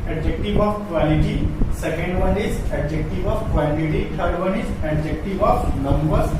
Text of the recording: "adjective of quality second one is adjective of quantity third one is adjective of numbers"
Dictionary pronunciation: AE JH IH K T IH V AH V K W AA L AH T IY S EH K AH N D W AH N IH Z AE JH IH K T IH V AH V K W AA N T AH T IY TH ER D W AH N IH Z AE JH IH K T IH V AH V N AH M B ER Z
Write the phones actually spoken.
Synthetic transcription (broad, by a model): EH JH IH K T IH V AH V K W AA L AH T IY S EH K AH N D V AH N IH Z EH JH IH K T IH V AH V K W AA L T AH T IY T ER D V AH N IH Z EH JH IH K T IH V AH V N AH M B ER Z